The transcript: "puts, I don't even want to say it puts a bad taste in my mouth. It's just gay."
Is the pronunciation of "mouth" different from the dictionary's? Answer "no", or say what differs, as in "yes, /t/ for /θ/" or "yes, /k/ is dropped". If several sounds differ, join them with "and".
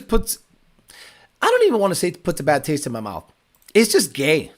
no